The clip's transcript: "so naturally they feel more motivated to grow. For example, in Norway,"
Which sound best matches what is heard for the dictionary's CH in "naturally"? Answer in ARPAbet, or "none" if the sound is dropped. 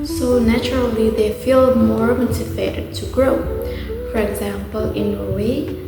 CH